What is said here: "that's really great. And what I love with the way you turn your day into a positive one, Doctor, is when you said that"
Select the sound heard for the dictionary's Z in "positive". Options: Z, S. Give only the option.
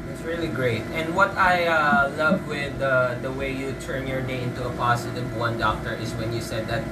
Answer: S